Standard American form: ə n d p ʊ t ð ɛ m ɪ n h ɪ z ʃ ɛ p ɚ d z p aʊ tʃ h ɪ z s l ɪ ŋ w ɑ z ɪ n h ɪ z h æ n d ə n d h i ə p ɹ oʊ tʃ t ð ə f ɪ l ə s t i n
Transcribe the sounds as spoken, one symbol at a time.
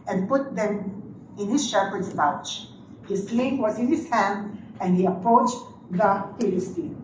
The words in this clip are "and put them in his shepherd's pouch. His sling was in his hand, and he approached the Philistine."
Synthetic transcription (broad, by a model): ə n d p ʊ t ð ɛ m ɪ n h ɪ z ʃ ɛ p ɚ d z b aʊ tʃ h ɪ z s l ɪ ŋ w ɑ z ɪ n h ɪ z h æ n d ə n d h i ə p ɹ oʊ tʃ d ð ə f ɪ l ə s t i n